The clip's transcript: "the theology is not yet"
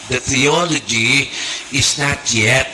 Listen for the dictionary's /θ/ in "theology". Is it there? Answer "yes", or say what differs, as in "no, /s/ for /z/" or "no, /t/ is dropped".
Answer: yes